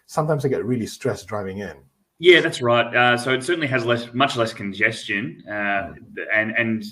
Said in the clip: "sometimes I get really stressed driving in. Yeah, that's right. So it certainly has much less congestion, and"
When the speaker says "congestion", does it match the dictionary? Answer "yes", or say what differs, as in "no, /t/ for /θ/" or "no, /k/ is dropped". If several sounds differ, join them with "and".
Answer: yes